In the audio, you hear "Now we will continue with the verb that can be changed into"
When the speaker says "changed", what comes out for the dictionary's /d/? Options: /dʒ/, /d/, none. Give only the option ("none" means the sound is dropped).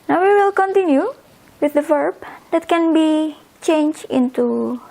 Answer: none